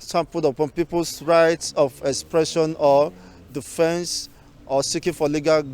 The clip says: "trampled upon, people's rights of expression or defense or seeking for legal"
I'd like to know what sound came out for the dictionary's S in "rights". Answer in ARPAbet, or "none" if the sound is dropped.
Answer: S